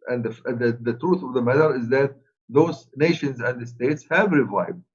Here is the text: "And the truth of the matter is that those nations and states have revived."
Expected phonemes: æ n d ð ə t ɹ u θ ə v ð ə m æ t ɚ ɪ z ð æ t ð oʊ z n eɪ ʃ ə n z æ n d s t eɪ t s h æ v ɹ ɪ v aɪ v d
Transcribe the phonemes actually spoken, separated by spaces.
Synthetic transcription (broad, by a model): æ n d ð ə t ɹ u θ ə v ð ə m æ t ɚ ɪ z ð æ t ð oʊ z n eɪ ʃ ə n z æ n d s t eɪ t s h æ v ɹ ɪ v aɪ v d